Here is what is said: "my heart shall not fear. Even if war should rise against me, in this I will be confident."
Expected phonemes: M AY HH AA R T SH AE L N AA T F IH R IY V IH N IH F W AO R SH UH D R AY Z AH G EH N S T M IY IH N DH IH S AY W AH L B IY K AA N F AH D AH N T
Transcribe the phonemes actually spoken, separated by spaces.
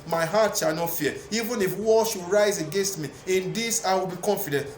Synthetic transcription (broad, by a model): M AY HH AA T SH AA L N AA T F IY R IY V IH N IH F W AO L SH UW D R AY Z AH G EH N S T M IY IH N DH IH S AY W AH L B IY K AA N F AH D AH N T